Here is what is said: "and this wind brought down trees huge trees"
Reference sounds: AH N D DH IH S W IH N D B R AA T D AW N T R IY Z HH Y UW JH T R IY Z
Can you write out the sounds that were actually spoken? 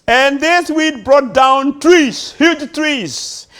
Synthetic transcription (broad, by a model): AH N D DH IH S W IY D B R AA T D AW N T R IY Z HH Y UW JH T R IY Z